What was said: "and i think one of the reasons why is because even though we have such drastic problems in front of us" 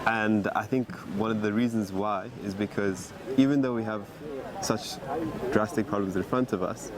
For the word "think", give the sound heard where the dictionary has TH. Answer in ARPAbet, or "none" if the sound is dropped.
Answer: TH